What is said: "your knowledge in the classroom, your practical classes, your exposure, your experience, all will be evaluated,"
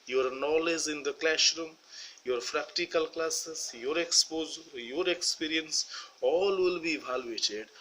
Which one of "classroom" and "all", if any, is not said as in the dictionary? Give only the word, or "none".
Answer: classroom